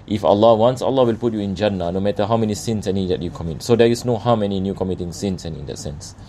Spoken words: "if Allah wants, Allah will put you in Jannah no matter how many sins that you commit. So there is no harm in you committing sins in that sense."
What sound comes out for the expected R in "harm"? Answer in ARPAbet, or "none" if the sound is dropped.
W